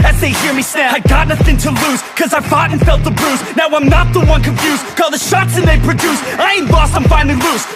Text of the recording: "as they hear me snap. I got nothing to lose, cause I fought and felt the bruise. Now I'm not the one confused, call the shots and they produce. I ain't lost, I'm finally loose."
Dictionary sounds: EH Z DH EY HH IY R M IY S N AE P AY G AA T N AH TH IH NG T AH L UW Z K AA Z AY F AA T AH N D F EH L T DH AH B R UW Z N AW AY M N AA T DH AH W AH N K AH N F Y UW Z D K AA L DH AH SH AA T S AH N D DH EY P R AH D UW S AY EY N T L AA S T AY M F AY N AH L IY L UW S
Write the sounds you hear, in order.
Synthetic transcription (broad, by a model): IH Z DH EY HH IY R M IY S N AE AY G AA T N AH TH IH NG T AH L UW Z K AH Z AY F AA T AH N F EH L T DH AH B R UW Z N AW AY M N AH T DH AH W AH N K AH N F Y UW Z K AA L DH AH SH AA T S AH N DH EY P R AH D UW S AY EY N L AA S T AY M F AY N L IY L UW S